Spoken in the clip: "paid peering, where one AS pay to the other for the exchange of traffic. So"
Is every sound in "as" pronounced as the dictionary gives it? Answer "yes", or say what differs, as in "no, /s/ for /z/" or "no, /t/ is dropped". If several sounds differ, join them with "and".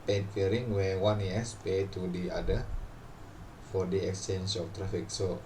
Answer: no, /s/ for /z/